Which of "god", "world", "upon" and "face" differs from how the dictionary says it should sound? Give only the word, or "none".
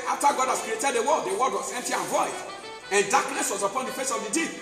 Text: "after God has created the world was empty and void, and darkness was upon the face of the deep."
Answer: world